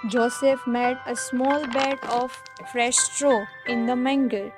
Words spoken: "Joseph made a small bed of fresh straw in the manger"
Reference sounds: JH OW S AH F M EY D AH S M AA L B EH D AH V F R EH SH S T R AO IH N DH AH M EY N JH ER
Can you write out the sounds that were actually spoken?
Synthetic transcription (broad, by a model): JH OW S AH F M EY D AH S M AA L B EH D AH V F R EH SH S T R AO IH N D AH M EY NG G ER